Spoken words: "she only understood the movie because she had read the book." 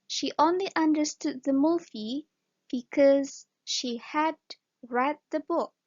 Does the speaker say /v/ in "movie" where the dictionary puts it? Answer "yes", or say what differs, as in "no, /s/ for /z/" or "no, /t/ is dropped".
no, /f/ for /v/